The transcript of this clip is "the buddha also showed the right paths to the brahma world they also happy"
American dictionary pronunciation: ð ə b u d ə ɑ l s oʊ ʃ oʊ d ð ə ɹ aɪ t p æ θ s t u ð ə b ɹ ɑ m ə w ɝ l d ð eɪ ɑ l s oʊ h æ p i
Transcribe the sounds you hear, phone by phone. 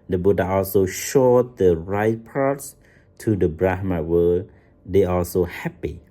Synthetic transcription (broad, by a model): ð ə b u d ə ɑ l s oʊ ʃ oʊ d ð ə ɹ aɪ t p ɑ t s t u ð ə b ɹ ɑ m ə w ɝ d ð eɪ ɑ l s oʊ h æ p i